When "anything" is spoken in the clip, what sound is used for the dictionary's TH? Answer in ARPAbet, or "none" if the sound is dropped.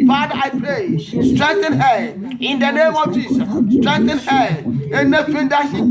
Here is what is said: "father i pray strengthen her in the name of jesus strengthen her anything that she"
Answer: F